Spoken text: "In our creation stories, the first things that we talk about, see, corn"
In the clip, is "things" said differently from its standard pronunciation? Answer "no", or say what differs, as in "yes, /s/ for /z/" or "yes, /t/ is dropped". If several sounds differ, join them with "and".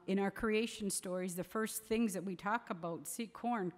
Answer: no